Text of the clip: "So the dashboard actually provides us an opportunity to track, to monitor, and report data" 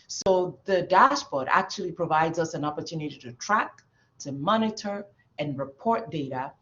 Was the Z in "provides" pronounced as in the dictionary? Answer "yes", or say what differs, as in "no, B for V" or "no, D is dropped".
yes